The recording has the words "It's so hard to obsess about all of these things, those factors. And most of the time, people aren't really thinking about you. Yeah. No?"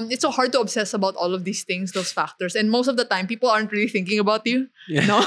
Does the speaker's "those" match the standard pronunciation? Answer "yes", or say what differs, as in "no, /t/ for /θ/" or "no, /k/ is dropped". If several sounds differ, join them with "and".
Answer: no, /s/ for /z/